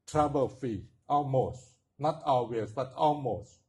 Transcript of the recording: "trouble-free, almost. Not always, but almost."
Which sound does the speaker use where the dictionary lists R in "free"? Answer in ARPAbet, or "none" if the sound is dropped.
none